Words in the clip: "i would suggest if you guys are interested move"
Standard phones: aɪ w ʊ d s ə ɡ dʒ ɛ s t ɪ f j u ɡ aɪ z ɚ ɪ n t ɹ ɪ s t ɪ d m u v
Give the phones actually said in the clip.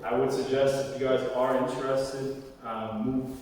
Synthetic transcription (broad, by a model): aɪ w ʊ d s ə ɡ dʒ ɛ s t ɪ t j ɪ ɡ aɪ z ɚ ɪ n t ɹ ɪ s t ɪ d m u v